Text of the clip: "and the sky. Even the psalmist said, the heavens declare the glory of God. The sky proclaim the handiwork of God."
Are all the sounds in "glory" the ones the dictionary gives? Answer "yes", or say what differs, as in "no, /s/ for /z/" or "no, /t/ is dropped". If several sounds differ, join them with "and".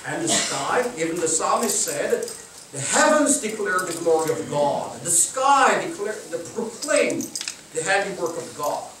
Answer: yes